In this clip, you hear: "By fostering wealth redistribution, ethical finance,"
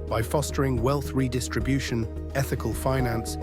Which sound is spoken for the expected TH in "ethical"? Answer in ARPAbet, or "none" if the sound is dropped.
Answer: TH